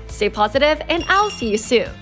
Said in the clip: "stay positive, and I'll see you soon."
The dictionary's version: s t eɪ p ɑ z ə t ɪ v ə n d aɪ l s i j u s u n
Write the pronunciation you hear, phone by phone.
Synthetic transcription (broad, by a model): s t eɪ p ɑ z ə t ɪ v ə n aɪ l s i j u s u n